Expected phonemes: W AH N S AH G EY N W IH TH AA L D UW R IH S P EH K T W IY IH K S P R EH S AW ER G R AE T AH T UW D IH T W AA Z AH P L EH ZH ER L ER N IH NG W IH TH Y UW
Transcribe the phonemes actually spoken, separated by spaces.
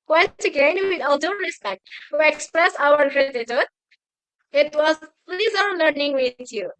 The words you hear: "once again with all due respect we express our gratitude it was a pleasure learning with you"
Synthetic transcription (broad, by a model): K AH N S AH G EY N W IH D AA L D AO R IH S P EH K T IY IH K S P R EH S AW ER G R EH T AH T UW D IH T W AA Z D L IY Z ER L ER N IH NG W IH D Y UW